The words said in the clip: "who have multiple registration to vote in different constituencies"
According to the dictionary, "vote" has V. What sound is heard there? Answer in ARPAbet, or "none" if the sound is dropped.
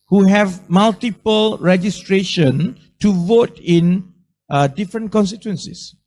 V